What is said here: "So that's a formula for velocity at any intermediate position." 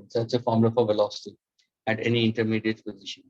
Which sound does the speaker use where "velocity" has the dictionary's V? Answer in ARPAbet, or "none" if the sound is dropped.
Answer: V